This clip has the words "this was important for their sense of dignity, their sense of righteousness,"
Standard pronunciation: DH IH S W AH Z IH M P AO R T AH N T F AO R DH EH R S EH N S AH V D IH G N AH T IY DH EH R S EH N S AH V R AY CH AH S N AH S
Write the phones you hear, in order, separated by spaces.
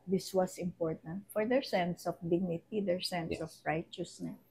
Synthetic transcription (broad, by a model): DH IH S W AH S IH M P AO R T AH N T F AO R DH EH R S EH N S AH F D IH G N AH T IY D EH R S EH N S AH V R AY CH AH S N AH S